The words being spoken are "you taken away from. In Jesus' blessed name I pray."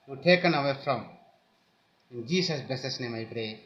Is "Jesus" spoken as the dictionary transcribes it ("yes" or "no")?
no